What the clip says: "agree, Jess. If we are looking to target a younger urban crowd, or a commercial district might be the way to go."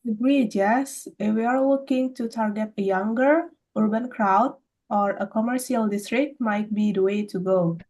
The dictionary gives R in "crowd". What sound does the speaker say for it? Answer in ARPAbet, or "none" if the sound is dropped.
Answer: R